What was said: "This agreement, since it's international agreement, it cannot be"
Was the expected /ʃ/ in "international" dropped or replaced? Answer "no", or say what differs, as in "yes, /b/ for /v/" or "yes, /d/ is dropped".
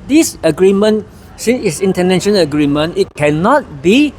yes, /ʃ/ is dropped